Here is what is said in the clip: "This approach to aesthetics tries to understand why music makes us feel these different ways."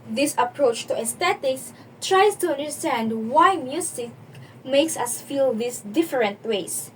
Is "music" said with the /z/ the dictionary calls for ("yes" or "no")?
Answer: no